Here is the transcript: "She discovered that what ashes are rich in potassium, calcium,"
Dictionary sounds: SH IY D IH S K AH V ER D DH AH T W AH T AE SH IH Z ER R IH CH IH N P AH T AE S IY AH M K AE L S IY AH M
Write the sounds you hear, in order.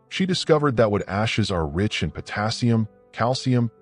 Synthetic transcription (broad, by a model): SH IY D IH S K AH V ER D DH AH T W AH T AE SH IH Z ER R IH CH IH N P AH T AE S IY AH M K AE L S IY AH M